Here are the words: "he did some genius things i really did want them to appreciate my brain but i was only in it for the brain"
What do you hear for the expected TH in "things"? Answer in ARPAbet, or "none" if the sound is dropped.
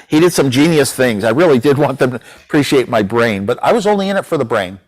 TH